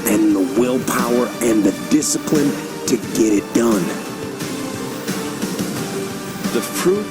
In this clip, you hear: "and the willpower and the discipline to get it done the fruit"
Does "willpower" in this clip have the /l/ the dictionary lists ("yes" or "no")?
yes